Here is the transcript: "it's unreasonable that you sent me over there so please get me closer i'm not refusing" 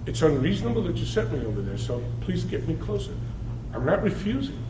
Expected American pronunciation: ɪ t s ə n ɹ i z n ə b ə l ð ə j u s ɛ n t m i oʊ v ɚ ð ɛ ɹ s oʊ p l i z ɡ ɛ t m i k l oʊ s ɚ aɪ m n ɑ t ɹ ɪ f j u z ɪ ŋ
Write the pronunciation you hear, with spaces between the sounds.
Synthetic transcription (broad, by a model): ɪ t s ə n ɹ i z n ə b l ð ə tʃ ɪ s ɛ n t m i oʊ v ɚ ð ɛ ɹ s oʊ p l i z ɡ ɛ t m i k l oʊ s ɚ aɪ m n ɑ t ɹ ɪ f j u z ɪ ŋ